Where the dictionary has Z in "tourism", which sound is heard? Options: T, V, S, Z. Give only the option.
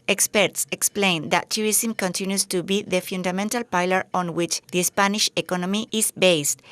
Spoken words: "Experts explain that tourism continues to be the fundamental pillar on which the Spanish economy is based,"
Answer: S